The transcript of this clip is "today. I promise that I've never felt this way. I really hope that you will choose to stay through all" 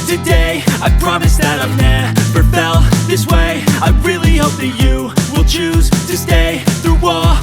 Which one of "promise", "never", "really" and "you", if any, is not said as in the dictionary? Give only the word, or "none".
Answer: never